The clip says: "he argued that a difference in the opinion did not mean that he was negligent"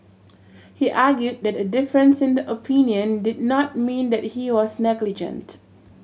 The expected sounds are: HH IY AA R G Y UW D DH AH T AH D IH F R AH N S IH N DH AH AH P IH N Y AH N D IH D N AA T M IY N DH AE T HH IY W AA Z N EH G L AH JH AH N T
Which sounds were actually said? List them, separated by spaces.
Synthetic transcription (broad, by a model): HH IY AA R G Y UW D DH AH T AH D IH F R AH N S IH N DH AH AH P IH N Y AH N D IH D N AA T M IY N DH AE T HH IY W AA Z N EH G L AH JH AH N T